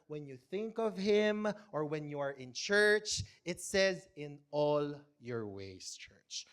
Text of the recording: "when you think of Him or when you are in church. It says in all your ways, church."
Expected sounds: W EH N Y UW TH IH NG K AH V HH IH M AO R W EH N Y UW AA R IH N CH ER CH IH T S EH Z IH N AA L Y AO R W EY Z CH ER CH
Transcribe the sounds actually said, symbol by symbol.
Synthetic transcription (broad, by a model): W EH N Y UW TH IH NG K AH V HH IH M AO R W EH N Y UW AA R IH N CH ER CH IH T S EH Z IH N AA L Y AO R W EY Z CH ER CH